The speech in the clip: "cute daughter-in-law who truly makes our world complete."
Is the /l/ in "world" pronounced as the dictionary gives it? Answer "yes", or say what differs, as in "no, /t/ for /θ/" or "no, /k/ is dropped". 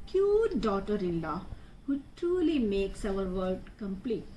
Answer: no, /l/ is dropped